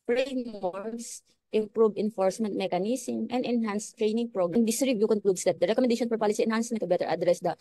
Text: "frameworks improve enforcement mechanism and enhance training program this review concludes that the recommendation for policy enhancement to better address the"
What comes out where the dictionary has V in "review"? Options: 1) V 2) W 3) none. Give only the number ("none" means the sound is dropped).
3